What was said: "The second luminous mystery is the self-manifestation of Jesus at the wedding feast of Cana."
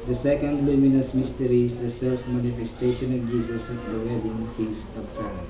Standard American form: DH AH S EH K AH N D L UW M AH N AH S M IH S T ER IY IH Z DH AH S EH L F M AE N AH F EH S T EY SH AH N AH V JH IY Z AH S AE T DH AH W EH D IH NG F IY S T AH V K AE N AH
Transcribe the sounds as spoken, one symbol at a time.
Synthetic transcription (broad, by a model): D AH S EH K AH N D L UW M AH N AH S M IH S T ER IY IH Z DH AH S EH L F M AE N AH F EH S T EY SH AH N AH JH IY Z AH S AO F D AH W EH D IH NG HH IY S AH B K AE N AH